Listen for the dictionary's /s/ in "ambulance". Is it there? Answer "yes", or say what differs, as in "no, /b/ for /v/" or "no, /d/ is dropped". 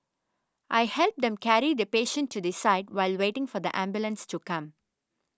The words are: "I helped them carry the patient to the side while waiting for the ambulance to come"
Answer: yes